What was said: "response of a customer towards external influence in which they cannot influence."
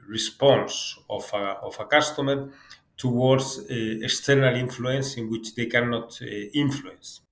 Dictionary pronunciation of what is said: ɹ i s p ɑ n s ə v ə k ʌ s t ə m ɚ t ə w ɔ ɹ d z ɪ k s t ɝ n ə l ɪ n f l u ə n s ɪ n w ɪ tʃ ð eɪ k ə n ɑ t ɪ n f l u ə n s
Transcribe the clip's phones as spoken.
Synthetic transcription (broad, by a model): ɹ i s p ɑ n s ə f ə k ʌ s t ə m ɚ t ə w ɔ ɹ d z ɪ k s t ɝ n ə l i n f l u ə n s ɪ n w ɪ tʃ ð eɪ k ə n ɑ t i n f l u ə n s